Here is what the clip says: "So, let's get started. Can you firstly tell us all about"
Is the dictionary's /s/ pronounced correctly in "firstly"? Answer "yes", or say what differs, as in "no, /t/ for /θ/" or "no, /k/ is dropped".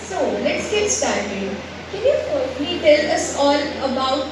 no, /s/ is dropped